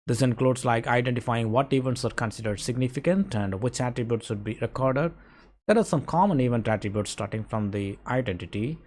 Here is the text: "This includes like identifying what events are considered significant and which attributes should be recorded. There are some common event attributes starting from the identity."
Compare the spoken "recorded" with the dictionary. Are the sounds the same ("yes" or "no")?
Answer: yes